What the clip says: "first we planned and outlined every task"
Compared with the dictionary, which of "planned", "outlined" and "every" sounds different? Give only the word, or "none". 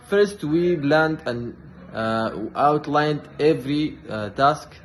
planned